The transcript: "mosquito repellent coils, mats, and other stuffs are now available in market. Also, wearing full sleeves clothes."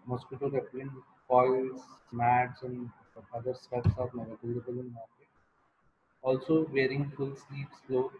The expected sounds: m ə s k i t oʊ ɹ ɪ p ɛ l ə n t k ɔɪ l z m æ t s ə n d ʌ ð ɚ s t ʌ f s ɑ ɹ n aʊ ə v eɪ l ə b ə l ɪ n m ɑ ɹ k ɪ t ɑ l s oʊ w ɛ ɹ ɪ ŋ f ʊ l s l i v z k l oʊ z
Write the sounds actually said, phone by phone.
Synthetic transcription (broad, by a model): m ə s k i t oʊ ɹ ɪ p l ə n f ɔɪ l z m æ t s ə n d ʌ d ɚ s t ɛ p s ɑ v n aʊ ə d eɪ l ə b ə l ɪ n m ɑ ɹ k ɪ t ɑ l s oʊ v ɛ ɹ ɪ ŋ f ʊ l s l i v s l oʊ